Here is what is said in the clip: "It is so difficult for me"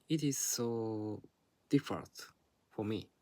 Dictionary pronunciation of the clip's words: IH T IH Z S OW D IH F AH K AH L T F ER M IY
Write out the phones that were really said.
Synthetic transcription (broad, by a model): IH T IH Z S OW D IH F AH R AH N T F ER M IY